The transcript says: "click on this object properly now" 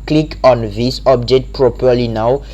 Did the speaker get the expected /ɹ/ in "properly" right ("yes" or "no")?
yes